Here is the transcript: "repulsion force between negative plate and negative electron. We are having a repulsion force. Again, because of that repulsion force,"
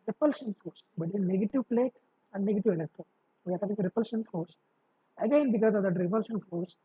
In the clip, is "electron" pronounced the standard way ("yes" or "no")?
yes